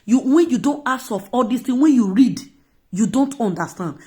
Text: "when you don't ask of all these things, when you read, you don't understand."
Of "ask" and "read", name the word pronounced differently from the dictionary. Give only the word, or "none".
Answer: ask